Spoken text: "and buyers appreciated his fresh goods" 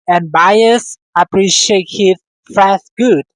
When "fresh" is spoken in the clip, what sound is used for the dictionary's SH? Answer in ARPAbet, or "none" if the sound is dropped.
S